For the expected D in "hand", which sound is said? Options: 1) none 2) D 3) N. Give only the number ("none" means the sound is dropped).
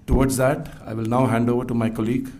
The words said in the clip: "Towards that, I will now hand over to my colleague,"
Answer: 2